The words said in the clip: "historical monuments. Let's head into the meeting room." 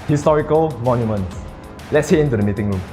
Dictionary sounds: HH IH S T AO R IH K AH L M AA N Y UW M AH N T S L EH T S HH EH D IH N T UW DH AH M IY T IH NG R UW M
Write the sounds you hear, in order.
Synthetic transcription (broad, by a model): HH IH S T AO R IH K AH L M AA N Y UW M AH N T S L EH T S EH IH N T UW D AH M IY T IH NG R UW M